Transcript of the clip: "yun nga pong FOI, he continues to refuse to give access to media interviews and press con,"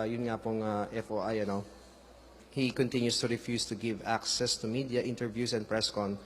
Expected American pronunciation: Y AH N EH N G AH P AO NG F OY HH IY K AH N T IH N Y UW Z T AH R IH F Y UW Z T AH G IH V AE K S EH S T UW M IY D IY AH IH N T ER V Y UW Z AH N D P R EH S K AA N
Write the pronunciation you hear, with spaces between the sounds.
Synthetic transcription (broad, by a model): Y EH N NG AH P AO NG F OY HH IY K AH N T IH N Y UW S T AH R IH F Y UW S T AH G IH V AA K S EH S T UW M IY D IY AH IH N T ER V Y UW S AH N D P R EH S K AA N